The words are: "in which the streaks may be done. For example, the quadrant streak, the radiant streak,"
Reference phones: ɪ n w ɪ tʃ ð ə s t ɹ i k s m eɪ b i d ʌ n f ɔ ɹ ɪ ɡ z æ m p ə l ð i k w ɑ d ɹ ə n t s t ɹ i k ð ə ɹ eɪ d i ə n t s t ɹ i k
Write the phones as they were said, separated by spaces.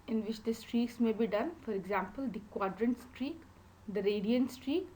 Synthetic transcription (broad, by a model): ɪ n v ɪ tʃ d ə s t ɹ i k s m eɪ b i d ʌ n f ɔ ɹ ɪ ɡ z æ m p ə l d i k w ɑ d ɹ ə n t s t ɹ i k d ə ɹ eɪ d i ə n t s t ɹ i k